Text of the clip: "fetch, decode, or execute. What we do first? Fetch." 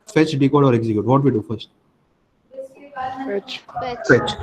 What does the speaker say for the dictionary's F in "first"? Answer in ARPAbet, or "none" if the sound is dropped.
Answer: F